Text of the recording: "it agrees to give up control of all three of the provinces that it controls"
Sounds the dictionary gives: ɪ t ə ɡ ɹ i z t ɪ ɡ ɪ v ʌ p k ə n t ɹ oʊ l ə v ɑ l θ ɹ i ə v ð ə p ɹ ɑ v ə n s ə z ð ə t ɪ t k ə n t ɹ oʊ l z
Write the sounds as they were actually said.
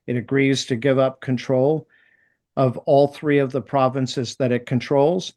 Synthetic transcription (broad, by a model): ɪ t ə ɡ ɹ i z t ɪ ɡ ɪ v ʌ p k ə n t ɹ oʊ l ə v ɑ l θ ɹ i ə v ð ə p ɹ ɑ v ə n s ə z ð ə t ɪ t k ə n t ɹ oʊ l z